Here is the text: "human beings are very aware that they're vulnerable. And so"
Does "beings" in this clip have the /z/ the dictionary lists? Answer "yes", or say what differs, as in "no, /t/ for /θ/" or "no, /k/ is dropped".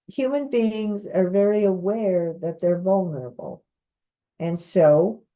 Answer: yes